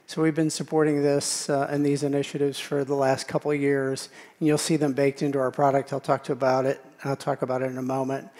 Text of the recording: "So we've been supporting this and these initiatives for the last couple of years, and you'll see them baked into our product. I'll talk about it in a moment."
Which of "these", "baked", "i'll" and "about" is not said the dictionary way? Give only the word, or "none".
none